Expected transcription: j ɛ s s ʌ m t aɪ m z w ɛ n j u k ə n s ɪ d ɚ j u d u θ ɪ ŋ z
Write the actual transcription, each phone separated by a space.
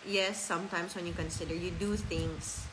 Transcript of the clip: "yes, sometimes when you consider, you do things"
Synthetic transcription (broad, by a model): j ɛ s s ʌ m t aɪ m s w ɛ n j u k ə n s ɪ d ɚ j u d u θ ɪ ŋ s